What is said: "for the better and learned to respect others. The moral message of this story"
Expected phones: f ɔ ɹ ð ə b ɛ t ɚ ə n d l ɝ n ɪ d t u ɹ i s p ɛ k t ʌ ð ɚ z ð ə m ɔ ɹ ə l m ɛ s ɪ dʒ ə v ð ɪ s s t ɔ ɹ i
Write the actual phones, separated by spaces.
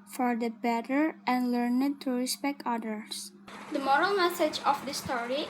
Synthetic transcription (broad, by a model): f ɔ ɹ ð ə b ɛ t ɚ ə n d l ɝ n ɪ d t u ɹ i s p ɛ k t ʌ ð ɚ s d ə m ɔ ɹ ə l m ɛ s ɪ dʒ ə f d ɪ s s t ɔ ɹ i